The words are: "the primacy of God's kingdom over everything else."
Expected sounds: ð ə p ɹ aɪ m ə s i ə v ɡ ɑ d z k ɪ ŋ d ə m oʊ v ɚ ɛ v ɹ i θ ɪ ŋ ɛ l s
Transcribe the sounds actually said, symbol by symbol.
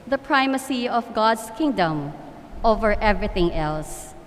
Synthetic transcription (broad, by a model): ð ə p ɹ aɪ m ə s i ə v ɡ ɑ d s k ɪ ŋ d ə m oʊ v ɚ ɛ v ɹ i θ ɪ ŋ ɛ l s